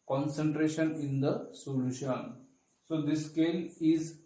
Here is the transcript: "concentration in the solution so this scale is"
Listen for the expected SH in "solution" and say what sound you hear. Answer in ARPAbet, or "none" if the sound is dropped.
SH